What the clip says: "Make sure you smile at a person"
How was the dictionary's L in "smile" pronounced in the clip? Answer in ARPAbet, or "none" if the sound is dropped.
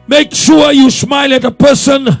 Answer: L